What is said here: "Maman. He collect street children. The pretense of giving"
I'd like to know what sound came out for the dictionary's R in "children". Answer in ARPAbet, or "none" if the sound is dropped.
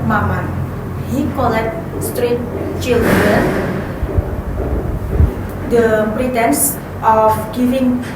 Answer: none